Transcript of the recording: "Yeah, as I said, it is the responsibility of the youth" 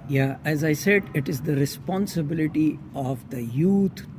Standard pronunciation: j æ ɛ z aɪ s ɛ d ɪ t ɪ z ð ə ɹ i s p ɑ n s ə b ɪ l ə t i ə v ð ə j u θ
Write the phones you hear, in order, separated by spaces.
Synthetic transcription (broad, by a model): j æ ɛ z aɪ s ɛ d ɪ t ɪ z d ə ɹ i s p ɑ n s ə b ɪ l ə t i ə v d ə j u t